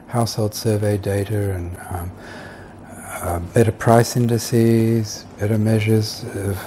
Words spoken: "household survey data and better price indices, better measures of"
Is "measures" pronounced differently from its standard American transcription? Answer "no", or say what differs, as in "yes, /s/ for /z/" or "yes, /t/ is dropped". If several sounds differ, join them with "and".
no